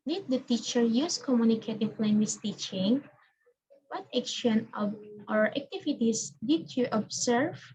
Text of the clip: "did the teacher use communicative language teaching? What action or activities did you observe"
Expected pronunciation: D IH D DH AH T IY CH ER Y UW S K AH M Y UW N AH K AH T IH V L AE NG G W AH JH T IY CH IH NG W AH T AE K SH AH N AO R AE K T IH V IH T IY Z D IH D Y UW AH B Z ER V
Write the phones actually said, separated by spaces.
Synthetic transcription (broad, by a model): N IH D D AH T IY CH ER Y UW S K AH M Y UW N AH K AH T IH P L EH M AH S T IY CH IH NG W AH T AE K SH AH N AO R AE K T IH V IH T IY S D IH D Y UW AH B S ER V